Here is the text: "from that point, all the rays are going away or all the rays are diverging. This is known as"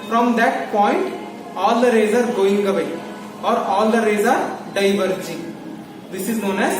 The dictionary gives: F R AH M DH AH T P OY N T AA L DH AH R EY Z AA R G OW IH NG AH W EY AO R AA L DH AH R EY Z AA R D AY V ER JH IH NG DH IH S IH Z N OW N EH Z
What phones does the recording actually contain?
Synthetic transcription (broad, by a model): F R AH M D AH T P OY N T AA L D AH R EY Z AA R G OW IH NG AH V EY AO R AA L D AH R EY Z AA R D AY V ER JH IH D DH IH S IH Z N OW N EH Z